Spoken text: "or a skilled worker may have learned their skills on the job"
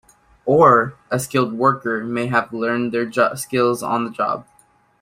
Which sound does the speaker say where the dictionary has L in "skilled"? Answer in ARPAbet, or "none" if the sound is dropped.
L